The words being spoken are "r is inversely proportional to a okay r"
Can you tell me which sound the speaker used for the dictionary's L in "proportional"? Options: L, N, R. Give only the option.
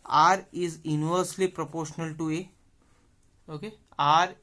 L